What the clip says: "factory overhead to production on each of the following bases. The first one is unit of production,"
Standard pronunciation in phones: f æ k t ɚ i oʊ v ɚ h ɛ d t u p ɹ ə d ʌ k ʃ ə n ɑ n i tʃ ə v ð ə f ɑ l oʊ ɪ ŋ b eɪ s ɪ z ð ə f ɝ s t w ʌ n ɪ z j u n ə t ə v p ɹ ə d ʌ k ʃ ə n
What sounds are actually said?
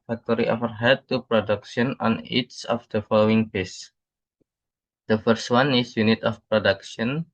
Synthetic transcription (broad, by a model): f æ k t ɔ i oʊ f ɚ h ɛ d t u p ɹ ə d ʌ k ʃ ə n ɑ n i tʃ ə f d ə f ɑ l oʊ ɪ ŋ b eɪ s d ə f ɝ s t w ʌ n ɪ s j u n ə t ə f p ɹ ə d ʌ k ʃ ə n